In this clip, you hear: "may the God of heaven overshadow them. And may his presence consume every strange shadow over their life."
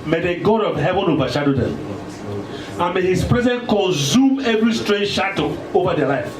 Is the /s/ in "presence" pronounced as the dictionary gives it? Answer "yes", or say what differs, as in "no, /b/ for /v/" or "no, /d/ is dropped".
no, /s/ is dropped